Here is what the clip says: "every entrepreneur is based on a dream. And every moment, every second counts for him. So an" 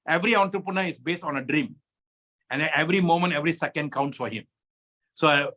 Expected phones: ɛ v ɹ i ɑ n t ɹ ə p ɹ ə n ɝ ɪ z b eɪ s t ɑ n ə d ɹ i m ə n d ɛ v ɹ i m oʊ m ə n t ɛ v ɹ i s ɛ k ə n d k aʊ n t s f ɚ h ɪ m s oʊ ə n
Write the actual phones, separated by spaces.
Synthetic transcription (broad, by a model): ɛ v ɹ i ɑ n t ɹ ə p ɹ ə n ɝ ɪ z b eɪ s t ɑ n ə d ɹ i m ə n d ɛ v ɹ i m oʊ m ə n t ɛ v ɹ i s ɛ k ə n d k aʊ n t s f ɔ h ɪ m s oʊ